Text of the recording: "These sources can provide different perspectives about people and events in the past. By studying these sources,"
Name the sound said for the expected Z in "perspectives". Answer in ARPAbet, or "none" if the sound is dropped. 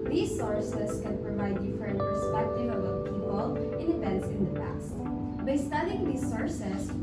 none